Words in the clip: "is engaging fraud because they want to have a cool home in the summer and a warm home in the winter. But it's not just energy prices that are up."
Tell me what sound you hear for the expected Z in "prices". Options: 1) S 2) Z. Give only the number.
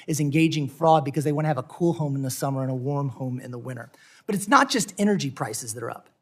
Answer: 2